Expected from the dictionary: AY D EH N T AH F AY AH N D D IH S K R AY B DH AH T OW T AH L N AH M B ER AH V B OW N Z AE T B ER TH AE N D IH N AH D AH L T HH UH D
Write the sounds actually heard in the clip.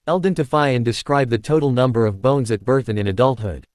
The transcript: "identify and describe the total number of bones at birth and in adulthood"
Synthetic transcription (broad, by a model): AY D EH N T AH F AY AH N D D IH S K R AY B DH AH T OW T L N AH M B ER AH V B OW N Z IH T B ER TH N IH N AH D AH L T HH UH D